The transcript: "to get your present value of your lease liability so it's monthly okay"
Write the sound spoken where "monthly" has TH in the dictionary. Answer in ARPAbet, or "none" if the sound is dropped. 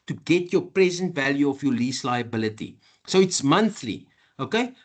TH